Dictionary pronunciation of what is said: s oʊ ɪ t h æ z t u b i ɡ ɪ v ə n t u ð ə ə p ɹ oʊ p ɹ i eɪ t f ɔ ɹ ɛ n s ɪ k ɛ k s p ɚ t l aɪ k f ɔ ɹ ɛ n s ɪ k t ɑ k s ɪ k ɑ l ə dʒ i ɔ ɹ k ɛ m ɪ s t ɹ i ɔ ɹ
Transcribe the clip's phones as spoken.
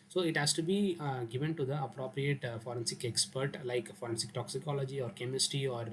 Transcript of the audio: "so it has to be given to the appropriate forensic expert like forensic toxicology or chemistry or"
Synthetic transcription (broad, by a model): s oʊ ɪ t h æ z t u b i ɡ ɪ v ə n t u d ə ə p ɹ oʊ p ɹ i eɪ t f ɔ ɹ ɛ n s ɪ k ɛ k s p ɚ t l aɪ k f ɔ ɹ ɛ n s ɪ k t ɑ k s ɪ k ɑ l ə dʒ i ɔ ɹ k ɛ m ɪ s t i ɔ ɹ